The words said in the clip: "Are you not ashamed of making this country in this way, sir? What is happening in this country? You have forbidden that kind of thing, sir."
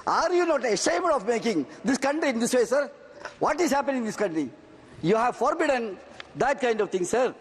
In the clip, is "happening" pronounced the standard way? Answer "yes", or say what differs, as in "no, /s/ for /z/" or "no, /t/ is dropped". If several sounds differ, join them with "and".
no, /n/ is dropped